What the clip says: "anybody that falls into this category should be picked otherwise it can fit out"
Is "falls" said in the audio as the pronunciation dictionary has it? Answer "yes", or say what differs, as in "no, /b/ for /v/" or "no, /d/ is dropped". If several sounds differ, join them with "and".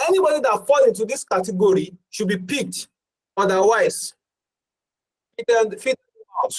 no, /z/ is dropped